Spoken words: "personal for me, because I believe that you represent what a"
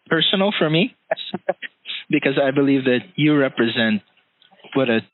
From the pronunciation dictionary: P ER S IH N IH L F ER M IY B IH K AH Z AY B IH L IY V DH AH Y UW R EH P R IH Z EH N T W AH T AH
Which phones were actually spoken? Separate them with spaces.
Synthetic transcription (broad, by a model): P ER S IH N L F ER M IY B IH K AH Z AY B IH L IY V DH AH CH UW R EH P R IH Z EH N T W AH T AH